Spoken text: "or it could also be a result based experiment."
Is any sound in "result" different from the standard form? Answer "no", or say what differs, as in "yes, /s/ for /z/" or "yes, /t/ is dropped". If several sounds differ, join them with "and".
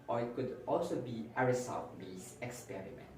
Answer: yes, /s/ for /z/ and /l/ is dropped